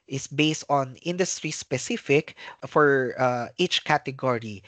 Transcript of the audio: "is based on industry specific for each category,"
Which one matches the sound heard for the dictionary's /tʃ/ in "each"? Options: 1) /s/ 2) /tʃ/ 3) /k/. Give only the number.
2